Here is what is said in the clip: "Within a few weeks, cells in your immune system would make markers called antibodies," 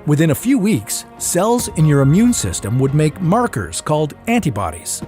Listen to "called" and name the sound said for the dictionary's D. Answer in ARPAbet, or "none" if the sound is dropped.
D